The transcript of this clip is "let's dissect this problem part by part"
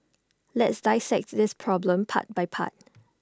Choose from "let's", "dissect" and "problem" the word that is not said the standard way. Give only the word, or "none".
none